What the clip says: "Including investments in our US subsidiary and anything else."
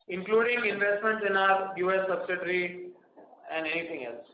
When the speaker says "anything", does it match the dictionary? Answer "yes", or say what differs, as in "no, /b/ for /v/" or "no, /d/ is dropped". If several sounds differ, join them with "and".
no, /t/ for /θ/